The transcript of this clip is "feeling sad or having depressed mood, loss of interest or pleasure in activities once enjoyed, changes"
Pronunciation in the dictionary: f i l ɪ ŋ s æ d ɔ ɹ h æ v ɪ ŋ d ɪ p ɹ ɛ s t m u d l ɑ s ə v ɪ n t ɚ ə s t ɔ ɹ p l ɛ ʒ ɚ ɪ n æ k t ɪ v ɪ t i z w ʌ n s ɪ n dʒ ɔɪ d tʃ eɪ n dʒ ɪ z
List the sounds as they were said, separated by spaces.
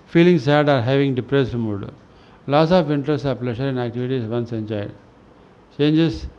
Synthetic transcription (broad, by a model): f i l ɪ ŋ s æ d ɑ ɹ h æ v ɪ ŋ d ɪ p ɹ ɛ s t m u d l ɑ s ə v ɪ n t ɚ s ɔ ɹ p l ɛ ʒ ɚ ɪ n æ k t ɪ v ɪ t i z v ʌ n s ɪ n tʃ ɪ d tʃ eɪ n dʒ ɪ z